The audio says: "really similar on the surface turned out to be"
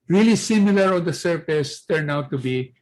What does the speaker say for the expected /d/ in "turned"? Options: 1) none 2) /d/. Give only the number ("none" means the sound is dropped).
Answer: 1